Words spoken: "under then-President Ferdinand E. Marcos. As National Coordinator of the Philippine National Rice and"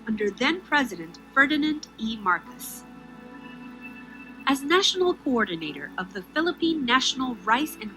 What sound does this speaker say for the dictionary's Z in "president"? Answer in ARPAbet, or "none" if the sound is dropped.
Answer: Z